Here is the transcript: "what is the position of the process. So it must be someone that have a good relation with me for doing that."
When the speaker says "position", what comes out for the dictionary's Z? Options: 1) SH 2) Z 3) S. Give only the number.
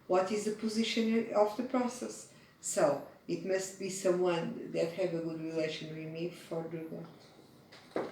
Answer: 2